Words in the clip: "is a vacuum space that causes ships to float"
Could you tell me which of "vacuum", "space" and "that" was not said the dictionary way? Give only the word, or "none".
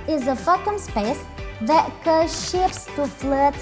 vacuum